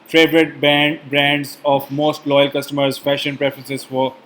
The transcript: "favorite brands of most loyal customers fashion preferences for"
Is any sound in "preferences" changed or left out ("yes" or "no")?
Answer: yes